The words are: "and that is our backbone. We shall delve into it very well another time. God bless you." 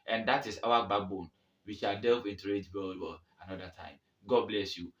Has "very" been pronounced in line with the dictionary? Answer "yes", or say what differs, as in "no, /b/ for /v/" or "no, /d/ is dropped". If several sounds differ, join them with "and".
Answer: no, /w/ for /v/ and /l/ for /ɹ/